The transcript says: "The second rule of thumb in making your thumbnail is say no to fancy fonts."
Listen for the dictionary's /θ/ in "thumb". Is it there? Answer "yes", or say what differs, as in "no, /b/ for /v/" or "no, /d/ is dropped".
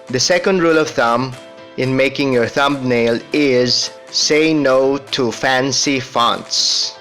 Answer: yes